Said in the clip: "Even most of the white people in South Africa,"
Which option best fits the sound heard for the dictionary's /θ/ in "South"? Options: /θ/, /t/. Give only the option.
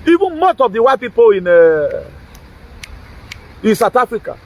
/t/